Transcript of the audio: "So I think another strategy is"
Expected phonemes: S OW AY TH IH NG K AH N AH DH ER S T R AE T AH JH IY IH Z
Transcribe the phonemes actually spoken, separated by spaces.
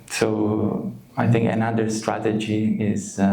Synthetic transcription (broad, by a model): S OW AY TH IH NG K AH N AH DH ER S T R AE T AH JH IY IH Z